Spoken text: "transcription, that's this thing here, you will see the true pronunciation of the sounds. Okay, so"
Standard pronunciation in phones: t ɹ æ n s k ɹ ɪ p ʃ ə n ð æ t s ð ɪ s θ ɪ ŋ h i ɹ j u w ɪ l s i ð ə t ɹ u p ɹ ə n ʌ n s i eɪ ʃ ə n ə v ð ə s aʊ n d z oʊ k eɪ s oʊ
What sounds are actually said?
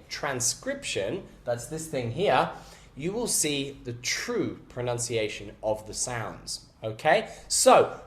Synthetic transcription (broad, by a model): t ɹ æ n s k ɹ ɪ p ʃ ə n ð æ t s ð ɪ s θ ɪ ŋ h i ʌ j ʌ w ɪ l s i ð ə t ɹ u p ɹ ə n ʌ n s i eɪ ʃ ə n ə v ð ə s aʊ n d z oʊ k eɪ s oʊ